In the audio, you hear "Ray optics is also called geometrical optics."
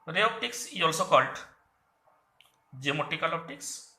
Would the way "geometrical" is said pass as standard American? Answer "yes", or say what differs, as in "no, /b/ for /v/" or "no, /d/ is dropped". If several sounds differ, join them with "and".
no, /ɹ/ is dropped